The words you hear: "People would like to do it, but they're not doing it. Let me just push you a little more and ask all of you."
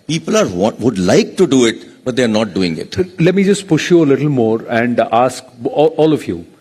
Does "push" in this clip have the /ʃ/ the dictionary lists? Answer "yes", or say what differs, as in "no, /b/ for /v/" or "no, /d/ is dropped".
yes